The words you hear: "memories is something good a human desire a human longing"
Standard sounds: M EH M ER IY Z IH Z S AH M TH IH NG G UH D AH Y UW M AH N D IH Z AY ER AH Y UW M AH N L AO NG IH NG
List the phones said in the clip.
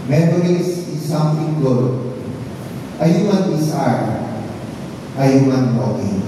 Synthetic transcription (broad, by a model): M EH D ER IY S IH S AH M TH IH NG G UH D AH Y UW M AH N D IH S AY AH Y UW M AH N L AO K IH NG